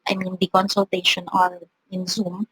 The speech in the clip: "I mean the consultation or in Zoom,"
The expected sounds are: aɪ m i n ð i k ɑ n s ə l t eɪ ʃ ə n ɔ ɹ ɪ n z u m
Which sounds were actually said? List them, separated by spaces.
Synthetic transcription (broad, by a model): aɪ m i n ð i k ɑ n s ə l t eɪ ʃ ə n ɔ l ɪ n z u m